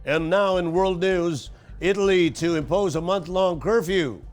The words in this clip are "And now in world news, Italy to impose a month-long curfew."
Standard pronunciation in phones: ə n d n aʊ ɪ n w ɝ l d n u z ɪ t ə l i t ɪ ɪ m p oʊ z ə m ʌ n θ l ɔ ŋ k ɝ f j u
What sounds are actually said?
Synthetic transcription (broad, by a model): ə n n aʊ ɪ n w ɝ l d n u z ɪ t l i t ɪ ɪ m p oʊ z ə m ʌ n θ l ɔ ŋ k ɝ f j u